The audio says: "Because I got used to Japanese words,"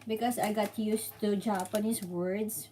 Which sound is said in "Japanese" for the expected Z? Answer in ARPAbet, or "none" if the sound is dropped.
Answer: S